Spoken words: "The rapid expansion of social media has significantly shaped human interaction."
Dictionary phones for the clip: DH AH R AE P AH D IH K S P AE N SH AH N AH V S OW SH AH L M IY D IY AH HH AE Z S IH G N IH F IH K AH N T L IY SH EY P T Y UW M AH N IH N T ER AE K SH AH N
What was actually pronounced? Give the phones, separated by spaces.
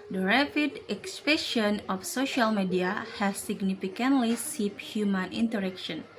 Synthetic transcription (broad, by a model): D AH R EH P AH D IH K S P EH SH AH N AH F S OW SH AH L M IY D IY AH HH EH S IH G N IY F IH K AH N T L IY S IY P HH Y UW M AH N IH N T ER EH K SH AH N